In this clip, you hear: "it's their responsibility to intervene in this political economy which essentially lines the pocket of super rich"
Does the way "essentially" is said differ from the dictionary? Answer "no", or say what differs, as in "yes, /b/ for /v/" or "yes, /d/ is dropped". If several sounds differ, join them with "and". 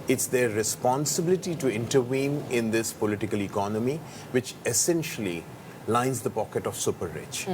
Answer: no